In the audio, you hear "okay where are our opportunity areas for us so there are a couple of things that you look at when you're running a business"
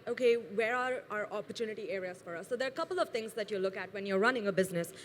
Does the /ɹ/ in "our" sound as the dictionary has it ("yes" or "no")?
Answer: yes